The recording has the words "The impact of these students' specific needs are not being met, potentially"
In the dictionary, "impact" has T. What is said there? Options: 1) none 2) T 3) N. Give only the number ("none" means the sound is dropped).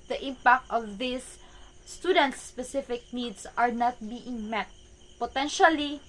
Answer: 2